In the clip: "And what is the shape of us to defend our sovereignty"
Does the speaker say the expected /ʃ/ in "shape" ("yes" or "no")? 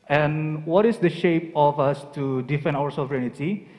yes